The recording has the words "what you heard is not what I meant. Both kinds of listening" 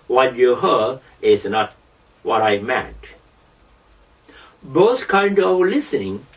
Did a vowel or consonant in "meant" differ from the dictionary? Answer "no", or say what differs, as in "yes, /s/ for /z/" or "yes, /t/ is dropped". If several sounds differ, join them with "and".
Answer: yes, /n/ is dropped